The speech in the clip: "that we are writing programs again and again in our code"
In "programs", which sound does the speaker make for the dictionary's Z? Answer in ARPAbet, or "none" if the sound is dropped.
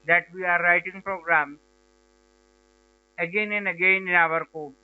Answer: none